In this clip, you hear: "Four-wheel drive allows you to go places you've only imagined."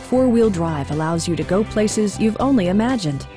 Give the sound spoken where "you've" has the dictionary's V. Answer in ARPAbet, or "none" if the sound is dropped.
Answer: V